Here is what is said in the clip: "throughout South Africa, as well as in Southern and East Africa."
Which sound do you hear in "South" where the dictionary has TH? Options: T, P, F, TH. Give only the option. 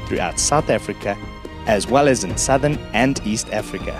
TH